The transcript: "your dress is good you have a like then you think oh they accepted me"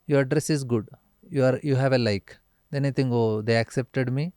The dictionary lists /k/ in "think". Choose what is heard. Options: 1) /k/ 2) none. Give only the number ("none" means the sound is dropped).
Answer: 2